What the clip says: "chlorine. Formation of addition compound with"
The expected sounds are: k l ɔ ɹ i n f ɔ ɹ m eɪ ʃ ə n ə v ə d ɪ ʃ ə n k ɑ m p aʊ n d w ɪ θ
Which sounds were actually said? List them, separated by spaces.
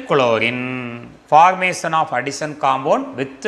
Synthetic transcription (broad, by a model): k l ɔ ɹ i n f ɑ ɹ m eɪ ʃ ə n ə f ə d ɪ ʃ ə n k ɑ m b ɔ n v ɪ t